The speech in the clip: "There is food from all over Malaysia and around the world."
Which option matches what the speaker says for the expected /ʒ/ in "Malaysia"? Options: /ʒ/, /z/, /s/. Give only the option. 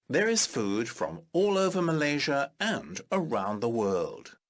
/ʒ/